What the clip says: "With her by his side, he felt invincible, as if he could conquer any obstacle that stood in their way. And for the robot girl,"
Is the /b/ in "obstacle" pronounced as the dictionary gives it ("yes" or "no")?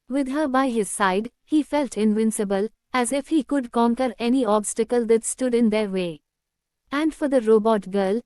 yes